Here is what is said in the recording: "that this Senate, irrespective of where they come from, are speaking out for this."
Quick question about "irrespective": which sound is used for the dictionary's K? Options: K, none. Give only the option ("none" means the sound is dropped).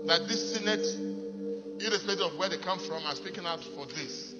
none